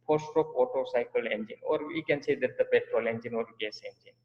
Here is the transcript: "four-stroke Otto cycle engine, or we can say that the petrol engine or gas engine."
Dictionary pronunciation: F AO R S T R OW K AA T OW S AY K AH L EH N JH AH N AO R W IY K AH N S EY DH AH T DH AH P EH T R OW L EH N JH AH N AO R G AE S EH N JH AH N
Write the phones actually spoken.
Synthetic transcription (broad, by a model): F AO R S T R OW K AA T OW S AY K AH L EH N JH AH N AO R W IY K AH N S EY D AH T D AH P EH T R OW L EH N JH AH N AO R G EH S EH N JH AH N